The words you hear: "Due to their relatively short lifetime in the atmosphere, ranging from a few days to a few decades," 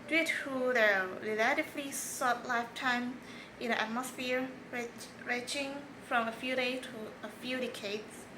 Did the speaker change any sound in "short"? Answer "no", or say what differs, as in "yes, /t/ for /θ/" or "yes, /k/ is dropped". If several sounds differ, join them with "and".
yes, /s/ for /ʃ/